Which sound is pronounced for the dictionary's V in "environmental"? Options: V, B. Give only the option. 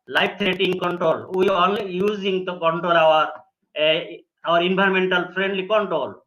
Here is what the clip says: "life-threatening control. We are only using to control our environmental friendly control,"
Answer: B